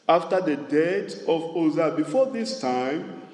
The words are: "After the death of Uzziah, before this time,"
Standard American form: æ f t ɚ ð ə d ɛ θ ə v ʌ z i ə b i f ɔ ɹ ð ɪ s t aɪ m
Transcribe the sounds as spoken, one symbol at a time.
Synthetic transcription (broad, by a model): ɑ f t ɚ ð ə d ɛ t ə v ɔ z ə b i f ɔ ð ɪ s t aɪ m